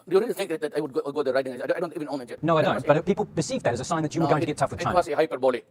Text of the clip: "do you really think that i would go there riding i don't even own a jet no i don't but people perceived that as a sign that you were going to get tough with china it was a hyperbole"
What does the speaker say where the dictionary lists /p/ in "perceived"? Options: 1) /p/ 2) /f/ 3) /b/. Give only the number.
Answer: 3